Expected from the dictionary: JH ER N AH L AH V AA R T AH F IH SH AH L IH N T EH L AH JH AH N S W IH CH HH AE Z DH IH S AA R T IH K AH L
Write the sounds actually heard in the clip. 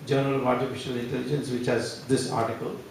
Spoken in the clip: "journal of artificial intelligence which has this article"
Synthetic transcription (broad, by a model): JH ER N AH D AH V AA R T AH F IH SH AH L IH N T EH L AH JH AH N S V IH CH HH AE Z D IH S AA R T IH K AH L